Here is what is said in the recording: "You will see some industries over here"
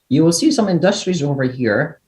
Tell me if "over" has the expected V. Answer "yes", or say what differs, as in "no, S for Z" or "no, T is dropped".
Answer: yes